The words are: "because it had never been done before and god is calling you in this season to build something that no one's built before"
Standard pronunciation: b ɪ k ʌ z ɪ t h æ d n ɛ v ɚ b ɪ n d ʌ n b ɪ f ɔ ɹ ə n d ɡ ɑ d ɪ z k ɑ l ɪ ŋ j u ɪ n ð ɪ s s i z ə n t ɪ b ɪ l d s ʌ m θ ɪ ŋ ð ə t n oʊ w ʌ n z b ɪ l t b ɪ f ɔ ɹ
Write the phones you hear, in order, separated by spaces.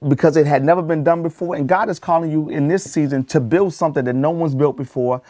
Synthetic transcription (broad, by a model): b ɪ k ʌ z ɪ t h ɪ d n ɛ v ɚ b ɪ n d ʌ n b ɪ f ɔ ɹ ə n ɡ ɑ d ɪ z k ɑ l ɪ ŋ j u ɪ n ð ɪ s s i z ə n t ɪ b ɪ l d s ʌ m θ ɪ ŋ ð ə t n oʊ w ʌ n z b ɪ l t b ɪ f ɔ ɹ